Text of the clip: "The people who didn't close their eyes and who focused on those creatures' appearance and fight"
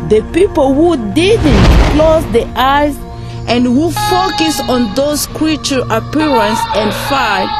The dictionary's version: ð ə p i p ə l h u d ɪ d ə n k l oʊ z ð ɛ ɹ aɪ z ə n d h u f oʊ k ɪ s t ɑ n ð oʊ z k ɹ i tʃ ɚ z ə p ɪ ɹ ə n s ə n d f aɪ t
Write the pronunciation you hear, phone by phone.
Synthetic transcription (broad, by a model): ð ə p i p ə l h u d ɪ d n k l oʊ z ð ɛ aɪ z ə n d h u f oʊ k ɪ s ɑ n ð oʊ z k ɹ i tʃ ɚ ə p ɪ ɹ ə n s ə n d f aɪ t